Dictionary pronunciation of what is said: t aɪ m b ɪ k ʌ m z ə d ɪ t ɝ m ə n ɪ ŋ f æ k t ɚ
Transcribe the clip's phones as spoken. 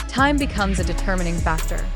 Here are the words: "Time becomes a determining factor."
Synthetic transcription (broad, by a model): t aɪ m b ɪ k ʌ m z ə d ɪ t ɝ m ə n ɪ ŋ f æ k t ɚ